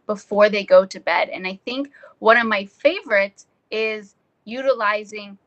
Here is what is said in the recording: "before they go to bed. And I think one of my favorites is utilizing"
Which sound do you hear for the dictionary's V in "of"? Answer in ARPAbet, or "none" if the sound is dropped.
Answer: V